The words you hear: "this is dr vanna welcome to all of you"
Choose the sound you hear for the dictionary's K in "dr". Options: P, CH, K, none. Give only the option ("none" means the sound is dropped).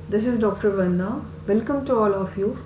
K